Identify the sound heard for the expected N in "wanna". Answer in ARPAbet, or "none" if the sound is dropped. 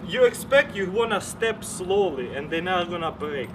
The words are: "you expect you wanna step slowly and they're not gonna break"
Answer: N